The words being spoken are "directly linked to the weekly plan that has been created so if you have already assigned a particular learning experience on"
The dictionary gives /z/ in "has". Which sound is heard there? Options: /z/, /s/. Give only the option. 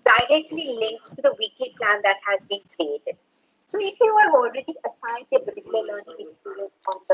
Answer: /z/